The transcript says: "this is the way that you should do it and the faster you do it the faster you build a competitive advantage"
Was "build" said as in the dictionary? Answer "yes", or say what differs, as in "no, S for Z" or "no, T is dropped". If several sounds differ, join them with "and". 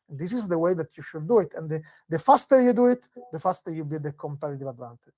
no, L is dropped